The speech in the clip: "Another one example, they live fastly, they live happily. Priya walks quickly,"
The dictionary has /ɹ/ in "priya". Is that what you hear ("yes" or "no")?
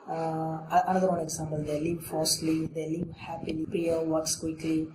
no